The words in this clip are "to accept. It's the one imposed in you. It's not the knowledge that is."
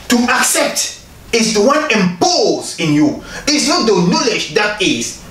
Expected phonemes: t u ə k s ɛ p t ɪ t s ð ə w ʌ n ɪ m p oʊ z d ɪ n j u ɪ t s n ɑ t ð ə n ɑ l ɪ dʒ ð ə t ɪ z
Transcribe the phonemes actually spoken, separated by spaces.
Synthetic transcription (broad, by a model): t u ə k s ɛ p t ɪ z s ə w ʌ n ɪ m p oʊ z ɪ n j u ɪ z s n ɑ t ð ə n ɑ l ɪ dʒ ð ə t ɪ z